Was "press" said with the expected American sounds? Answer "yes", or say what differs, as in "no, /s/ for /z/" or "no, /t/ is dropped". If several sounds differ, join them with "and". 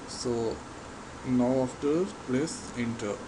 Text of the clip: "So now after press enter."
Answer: no, /l/ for /ɹ/